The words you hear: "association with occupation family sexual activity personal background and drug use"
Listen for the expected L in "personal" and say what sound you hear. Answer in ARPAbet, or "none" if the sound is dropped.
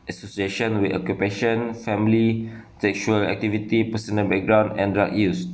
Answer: N